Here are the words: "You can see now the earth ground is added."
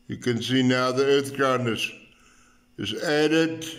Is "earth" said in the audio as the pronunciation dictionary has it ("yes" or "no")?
yes